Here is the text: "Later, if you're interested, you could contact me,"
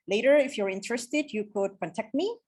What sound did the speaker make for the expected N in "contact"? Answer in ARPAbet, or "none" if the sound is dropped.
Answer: none